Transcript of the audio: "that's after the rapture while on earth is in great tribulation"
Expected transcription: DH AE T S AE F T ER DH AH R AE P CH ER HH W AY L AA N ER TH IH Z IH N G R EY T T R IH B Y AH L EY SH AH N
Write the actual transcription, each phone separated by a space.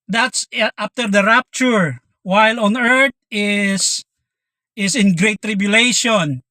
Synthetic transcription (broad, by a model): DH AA T S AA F T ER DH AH R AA P CH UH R W AY L AA N ER S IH S IH N G R EY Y T R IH B Y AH L EY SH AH N